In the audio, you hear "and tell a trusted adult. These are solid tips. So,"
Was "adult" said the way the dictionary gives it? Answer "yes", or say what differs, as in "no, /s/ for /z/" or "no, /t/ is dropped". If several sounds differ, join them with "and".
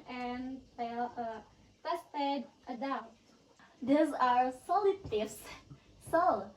no, /l/ is dropped